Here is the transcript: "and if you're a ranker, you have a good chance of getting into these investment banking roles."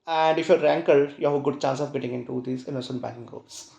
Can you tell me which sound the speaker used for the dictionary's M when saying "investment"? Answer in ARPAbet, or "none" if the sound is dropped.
none